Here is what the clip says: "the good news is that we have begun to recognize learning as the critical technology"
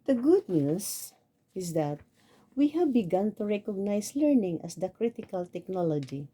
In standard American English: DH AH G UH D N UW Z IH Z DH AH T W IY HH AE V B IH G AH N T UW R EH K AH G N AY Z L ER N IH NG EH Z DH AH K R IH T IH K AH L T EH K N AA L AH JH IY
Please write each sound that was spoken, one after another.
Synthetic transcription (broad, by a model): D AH G UH D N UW S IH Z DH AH T W IY HH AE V B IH G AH N T UW R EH K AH G N AY S L ER N IH NG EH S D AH K R IH T IH K AH L T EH K N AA L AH JH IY